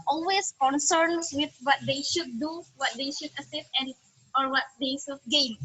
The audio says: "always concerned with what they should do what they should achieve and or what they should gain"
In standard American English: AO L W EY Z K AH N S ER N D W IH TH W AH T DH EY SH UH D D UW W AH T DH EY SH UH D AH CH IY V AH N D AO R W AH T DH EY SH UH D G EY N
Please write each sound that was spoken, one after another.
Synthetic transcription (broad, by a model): AO L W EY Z K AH N S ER N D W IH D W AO T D EY SH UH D D UW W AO T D EY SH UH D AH S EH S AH N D AO R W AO T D EY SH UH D G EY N